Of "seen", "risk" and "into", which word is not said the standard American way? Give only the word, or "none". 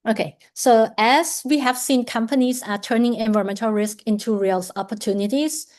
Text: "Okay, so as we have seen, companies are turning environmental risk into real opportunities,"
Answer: none